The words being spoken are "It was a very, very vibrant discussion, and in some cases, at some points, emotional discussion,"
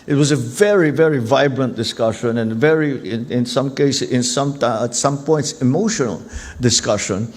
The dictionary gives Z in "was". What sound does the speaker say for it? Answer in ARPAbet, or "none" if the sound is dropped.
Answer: Z